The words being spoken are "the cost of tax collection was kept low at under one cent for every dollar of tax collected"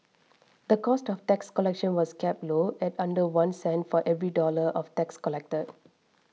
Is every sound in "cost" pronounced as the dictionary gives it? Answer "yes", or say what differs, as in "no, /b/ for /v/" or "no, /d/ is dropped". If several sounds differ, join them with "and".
yes